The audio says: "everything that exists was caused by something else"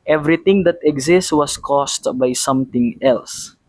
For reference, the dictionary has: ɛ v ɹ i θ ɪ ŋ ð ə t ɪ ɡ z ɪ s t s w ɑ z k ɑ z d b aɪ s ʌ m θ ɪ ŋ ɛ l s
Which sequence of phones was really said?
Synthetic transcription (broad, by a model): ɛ v ɹ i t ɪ ŋ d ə t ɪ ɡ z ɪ s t w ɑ s k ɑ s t b aɪ s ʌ m t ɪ ŋ ɛ l s